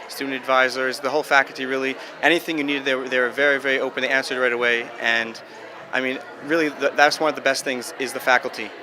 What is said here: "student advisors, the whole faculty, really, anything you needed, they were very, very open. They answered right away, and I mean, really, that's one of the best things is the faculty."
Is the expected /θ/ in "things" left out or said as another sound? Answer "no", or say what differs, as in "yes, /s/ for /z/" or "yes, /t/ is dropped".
no